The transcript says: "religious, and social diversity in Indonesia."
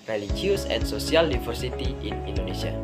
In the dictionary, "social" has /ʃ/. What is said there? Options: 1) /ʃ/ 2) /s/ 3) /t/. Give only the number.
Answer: 2